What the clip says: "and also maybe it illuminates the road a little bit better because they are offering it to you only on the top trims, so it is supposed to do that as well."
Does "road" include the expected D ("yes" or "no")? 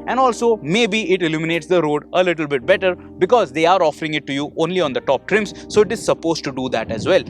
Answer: yes